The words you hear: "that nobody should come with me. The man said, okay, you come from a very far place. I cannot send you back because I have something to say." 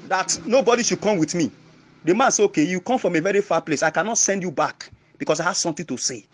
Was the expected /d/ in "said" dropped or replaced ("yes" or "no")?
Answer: yes